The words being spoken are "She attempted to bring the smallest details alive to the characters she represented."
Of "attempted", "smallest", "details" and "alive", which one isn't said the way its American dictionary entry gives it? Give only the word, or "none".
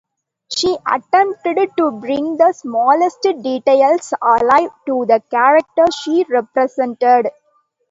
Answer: details